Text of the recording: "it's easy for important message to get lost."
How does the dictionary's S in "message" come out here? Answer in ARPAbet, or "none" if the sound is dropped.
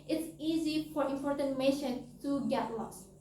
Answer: SH